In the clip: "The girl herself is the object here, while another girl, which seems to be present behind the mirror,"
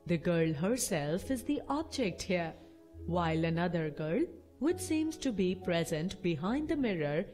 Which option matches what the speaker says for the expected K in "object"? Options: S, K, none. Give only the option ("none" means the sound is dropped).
K